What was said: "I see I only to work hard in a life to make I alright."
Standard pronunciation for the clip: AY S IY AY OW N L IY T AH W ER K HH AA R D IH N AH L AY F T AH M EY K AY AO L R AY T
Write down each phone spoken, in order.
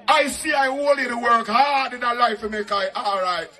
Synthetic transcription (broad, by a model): AY S IY AY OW L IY T AH W ER K HH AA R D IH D AH L AY F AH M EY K AY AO L R AY T